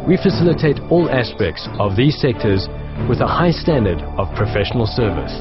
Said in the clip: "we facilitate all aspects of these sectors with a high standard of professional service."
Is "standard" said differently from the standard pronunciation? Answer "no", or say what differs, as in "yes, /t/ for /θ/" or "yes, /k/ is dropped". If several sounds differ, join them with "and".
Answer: no